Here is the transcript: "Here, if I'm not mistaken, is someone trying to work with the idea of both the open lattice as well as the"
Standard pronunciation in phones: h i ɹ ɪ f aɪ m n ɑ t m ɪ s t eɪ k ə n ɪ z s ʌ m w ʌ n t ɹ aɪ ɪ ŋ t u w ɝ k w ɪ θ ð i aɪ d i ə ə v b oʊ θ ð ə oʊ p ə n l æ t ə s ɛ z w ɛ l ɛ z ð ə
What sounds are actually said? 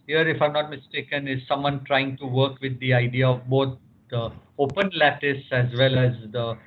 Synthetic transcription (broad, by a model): h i ɹ ɪ f aɪ m n ɑ t m ɪ s t eɪ k ə n ɪ z s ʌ m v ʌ n t ɹ aɪ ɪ ŋ t u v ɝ k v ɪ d i aɪ d i ə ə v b oʊ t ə oʊ p ə n l æ t ə s ɛ z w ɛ l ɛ z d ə